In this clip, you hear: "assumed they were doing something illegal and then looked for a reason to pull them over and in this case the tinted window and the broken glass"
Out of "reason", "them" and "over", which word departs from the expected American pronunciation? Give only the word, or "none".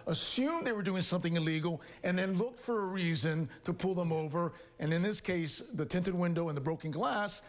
none